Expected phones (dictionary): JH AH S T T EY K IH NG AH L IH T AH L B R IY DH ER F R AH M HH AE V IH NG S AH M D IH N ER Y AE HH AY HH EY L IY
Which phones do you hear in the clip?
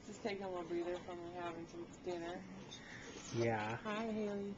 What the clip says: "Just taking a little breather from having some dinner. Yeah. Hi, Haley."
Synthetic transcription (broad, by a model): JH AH S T T EY IH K AH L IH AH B R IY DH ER F R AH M HH AE V IH NG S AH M D IH N ER Y AE HH AY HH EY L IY